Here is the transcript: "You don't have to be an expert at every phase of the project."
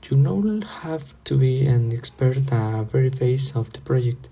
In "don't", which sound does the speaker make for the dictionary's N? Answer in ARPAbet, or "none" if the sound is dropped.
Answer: L